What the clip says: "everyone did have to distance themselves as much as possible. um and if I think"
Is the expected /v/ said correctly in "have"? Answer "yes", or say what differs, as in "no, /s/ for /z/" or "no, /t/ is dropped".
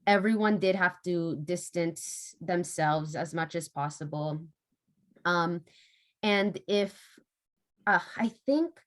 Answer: no, /f/ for /v/